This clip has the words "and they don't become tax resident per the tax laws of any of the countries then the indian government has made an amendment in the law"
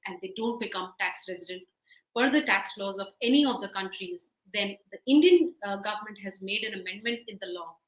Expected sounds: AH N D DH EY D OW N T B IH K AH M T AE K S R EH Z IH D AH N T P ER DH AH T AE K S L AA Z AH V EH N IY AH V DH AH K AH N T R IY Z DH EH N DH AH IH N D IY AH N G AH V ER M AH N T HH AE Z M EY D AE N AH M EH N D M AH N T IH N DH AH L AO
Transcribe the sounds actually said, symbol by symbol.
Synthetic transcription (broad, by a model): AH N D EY D OW N T B IH K AH M T AE K S R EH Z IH D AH N T F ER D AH T AE K S L AA Z AH V EH N IY AH V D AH K AH N T R IY Z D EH N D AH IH N D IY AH N G AH V ER M AH N T HH AE Z M EY D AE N AH M EH N D M AH N T IH N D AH L AO